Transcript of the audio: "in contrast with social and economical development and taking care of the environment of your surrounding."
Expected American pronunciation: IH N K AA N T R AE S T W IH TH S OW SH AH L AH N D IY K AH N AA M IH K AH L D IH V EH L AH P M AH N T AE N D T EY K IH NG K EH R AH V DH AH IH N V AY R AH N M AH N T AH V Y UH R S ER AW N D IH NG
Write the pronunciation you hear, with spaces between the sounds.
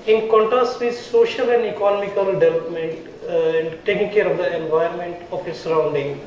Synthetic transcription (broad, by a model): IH N K AA N T R AE S T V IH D S OW SH AH L AH N D IY K AH N AA M IH K AH L D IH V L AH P M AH N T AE N D T EY K IH NG K EH R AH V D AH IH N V AY AH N M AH N T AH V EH S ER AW N D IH NG